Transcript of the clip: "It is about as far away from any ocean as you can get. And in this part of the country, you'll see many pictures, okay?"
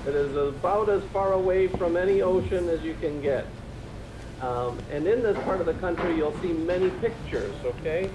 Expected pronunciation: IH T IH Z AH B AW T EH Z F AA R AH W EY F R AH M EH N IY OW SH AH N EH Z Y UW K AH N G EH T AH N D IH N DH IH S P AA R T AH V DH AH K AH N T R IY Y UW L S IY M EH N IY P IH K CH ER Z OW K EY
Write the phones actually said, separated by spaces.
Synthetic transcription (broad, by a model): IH T IH Z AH B AW T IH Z F AA R AH W EY F R AH M EH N IY OW SH AH N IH Z Y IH K AH N G EH T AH N IH N DH IH S P AA R T AH V DH AH K AH N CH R IY Y UW L S IY M EH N IY P IH K CH ER Z OW K EY